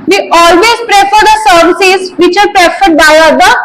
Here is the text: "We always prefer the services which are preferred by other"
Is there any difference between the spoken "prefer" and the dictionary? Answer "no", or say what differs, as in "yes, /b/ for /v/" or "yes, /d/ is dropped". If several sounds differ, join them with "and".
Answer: no